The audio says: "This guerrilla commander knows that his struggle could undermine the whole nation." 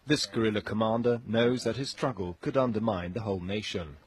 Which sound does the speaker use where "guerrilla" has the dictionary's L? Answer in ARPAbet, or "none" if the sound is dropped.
L